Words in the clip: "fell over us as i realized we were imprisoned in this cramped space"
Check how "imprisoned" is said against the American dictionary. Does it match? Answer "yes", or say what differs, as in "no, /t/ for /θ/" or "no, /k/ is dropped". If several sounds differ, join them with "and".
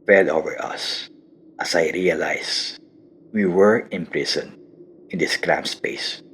no, /d/ is dropped